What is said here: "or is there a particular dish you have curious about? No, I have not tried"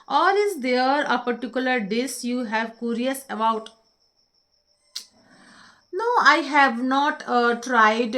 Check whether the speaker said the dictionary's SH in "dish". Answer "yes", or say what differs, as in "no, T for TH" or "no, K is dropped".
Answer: no, S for SH